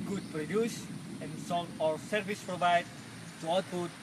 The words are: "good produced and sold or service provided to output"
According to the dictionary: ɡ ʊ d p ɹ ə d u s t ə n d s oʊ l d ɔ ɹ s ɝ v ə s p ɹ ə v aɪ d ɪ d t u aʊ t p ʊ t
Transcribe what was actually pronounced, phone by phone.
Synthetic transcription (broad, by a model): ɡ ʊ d p ɹ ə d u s ə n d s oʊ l ɔ ɹ s ɝ v ə s p ɹ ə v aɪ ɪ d t u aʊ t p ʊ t